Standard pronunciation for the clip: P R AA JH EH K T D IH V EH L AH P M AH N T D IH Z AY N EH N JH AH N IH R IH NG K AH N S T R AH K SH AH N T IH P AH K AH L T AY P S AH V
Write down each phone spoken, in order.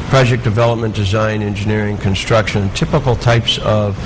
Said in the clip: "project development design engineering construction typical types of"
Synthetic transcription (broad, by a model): P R AA JH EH K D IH V EH L AH P M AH N D IH Z AY N EH N JH AH N IH R IH NG K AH N S T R AH K SH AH N T IH P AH K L T AY P S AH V